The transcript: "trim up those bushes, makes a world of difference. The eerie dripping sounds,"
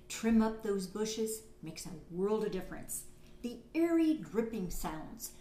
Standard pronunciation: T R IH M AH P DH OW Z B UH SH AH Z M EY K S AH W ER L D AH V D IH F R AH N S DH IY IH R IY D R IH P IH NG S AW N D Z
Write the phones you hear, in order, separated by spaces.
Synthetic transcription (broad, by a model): T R IH M AH P DH OW Z B UH SH AH Z M EY K S AH W ER L D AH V D IH F R AH N S DH IY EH R IY D R IH P IH NG S AW N D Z